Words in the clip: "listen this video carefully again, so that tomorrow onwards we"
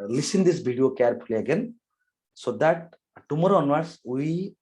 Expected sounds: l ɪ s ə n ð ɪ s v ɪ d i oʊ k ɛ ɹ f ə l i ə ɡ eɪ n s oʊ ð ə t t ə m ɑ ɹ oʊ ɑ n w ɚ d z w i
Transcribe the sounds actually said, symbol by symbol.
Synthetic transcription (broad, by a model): l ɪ s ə n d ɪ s b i d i oʊ k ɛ ɹ p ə l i ə ɡ eɪ n s oʊ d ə t t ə m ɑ ɹ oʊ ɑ n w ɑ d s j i